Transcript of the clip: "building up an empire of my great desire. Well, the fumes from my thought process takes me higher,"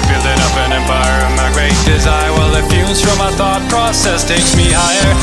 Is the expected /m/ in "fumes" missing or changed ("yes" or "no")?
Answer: yes